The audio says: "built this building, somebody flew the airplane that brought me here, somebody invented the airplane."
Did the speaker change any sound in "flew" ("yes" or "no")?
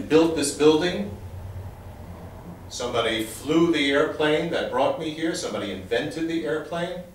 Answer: no